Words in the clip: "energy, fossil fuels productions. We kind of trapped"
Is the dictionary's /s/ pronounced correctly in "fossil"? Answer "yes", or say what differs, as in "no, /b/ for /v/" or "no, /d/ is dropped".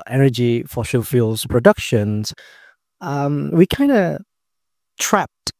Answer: no, /ʃ/ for /s/